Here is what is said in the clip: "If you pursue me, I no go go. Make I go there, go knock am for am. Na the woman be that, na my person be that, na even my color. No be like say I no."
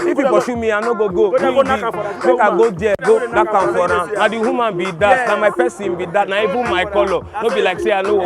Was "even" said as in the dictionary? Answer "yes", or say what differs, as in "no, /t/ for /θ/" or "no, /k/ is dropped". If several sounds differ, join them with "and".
no, /b/ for /v/